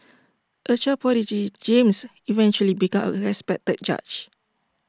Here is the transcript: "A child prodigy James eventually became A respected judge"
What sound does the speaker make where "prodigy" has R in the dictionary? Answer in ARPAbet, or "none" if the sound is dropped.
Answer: none